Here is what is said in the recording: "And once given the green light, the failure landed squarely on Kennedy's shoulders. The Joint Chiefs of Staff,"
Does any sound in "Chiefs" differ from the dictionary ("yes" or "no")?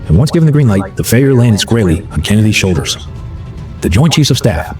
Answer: yes